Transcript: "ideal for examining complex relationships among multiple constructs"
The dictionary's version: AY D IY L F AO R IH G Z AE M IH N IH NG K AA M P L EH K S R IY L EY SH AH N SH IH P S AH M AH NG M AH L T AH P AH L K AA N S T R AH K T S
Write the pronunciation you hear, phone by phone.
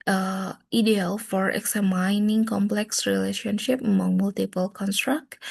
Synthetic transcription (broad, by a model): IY D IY L F AO R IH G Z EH M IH N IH NG K AA M P L EH K S R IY L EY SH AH N SH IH P AH M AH NG M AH L T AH P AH L K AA N S T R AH K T